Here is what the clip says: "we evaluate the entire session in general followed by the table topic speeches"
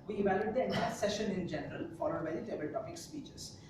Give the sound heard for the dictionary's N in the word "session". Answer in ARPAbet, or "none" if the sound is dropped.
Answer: N